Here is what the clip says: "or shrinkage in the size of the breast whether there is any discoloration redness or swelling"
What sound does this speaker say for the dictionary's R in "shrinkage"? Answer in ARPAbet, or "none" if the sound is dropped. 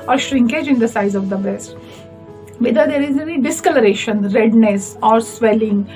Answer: R